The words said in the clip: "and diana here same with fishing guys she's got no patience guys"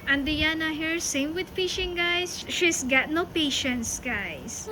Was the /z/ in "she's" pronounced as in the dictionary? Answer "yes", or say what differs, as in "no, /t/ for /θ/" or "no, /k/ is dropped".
no, /s/ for /z/